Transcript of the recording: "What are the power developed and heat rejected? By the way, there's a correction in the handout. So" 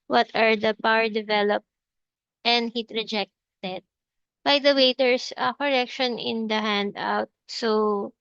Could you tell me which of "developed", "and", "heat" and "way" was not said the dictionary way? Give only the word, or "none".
none